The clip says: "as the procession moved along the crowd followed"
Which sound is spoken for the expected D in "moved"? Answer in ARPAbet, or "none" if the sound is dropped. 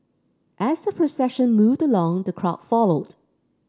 D